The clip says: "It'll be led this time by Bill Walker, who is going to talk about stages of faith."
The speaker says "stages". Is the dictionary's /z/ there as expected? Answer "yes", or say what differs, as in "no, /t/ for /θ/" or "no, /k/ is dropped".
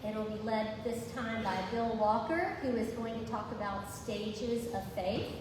yes